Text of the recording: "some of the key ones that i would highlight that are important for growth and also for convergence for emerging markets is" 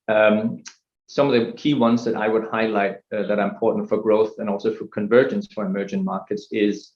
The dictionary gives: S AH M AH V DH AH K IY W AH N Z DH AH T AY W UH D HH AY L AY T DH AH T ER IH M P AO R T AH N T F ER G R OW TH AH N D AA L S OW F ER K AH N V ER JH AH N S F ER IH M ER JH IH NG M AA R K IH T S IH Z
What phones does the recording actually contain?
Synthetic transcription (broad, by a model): S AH M AH V DH AH K IY W AH N Z DH AH T AY W UH D HH AY L AY T DH AH T ER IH M P AO R T N T F ER G R OW TH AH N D AA L S OW F ER K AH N V ER JH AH N S F ER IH M ER JH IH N M AA R K IH T S IH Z